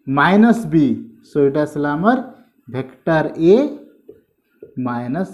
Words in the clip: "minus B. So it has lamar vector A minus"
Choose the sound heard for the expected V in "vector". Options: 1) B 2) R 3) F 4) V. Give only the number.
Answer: 1